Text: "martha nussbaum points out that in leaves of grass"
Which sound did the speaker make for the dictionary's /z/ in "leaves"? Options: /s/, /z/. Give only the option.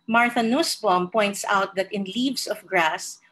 /s/